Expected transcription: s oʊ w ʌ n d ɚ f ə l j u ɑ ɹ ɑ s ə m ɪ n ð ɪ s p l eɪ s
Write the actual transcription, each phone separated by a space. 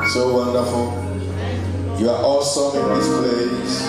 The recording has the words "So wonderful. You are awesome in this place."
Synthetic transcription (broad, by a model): s oʊ w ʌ n d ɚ f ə l j u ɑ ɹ ɑ s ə ɪ n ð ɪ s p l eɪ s